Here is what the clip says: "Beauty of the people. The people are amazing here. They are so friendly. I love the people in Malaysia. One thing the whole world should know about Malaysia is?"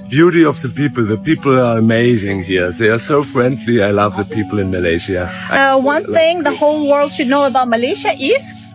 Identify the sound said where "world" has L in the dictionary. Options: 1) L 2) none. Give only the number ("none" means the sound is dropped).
1